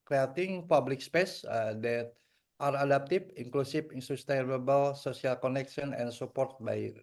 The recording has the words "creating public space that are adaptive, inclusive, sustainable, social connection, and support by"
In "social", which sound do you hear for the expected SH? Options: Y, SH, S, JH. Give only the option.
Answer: S